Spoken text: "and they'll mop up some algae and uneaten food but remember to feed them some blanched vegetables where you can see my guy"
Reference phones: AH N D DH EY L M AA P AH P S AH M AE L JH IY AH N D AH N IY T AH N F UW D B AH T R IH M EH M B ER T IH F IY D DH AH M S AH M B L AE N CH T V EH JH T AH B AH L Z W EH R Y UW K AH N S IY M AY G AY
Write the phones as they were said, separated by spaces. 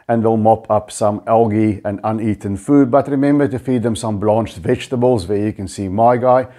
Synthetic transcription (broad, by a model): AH N DH EY L M AA P AH P S AH M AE L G IY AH N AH N IY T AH N F UW D B AH T R IH M EH M B ER T IH F IY D DH AH M S AH M B L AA N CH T V EH JH T AH B AH L Z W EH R Y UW K AH N S IY M AY G AY